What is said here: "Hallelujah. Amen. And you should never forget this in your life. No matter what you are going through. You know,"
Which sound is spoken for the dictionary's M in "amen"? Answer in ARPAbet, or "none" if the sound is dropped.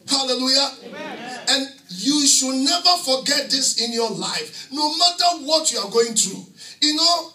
none